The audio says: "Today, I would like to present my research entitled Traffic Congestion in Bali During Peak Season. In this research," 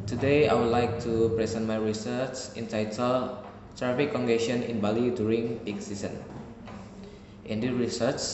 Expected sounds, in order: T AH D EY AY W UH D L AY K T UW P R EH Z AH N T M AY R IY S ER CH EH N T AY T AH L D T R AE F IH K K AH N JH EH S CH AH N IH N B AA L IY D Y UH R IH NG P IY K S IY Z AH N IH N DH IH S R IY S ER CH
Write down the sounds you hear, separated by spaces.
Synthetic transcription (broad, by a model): T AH D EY AY W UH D L AY K T UW P R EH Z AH N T M AY R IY S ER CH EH N T AY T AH L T R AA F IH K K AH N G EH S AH N IH N B AA L IY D Y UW R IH NG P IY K S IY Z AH N IH N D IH R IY S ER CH